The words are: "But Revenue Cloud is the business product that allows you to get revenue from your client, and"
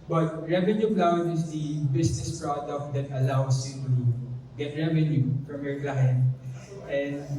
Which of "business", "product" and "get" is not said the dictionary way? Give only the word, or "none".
business